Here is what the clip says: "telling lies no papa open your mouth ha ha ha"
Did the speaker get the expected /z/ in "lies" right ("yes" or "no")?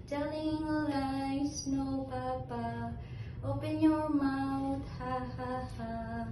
no